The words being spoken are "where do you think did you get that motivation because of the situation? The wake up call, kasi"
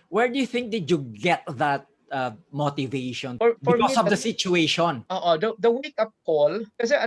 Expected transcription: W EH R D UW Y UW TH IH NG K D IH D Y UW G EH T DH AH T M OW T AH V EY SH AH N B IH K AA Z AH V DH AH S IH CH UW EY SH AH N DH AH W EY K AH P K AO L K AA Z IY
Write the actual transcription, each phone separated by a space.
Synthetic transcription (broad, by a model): W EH R D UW Y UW TH IH NG K D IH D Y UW G EH T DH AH T M OW T AH V EY SH AH N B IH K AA S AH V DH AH S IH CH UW EY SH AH N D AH W EY K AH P K AO L K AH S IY